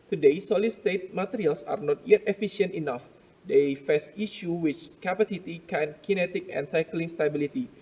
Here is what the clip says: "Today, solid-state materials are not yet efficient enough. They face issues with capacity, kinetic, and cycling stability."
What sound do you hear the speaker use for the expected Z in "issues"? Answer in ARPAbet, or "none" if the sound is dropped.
none